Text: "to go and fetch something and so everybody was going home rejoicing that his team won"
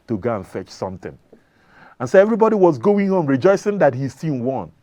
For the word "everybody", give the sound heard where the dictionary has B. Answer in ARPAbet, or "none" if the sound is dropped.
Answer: B